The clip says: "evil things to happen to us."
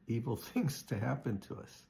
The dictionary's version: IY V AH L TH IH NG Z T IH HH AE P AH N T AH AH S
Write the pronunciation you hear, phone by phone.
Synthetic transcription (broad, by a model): IY V L TH IH NG Z T IH HH AE P AH N T AH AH S